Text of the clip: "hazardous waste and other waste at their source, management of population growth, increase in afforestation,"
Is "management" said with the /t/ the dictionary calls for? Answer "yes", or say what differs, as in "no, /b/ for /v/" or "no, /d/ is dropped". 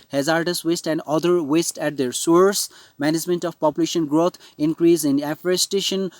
yes